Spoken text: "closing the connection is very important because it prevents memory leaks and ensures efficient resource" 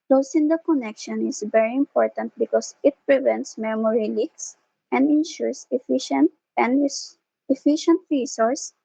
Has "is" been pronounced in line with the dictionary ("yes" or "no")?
no